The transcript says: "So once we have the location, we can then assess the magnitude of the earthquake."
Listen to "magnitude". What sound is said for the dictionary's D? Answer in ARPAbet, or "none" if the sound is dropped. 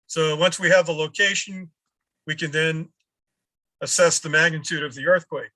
D